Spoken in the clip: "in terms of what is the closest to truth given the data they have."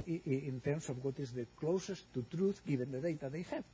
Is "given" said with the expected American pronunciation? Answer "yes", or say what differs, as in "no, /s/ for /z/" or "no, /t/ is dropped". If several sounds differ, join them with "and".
no, /b/ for /v/